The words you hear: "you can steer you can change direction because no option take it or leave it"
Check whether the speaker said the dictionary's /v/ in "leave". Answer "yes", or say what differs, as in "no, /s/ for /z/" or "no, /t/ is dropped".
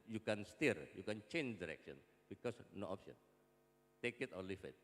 no, /f/ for /v/